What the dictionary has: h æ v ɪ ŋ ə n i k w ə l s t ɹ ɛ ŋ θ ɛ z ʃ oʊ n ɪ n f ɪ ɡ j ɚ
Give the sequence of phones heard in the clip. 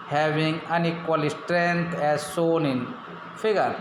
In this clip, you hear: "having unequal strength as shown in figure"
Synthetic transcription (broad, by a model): h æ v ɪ ŋ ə n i k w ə l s t ɹ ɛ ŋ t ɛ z s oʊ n ɪ n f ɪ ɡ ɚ